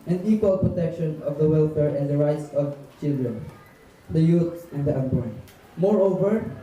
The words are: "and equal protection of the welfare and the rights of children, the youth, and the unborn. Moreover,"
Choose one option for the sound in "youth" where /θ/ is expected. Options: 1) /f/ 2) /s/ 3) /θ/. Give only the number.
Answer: 2